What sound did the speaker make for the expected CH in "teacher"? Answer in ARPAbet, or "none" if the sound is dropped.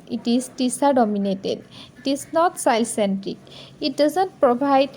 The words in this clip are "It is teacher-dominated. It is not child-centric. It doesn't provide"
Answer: S